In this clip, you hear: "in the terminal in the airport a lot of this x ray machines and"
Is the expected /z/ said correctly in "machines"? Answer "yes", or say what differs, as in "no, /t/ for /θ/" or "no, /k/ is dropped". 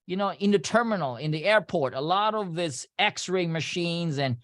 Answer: yes